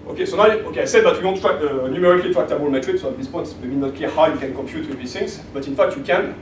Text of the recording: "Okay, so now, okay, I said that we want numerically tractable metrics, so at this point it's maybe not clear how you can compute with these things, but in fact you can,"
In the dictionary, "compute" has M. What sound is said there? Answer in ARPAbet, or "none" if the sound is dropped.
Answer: M